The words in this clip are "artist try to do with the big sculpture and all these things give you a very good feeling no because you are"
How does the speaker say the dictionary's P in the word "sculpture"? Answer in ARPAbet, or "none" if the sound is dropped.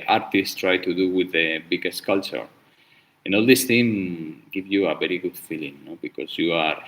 none